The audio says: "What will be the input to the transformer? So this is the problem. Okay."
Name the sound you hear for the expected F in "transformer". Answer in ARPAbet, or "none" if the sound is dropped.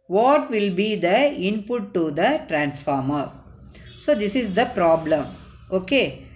F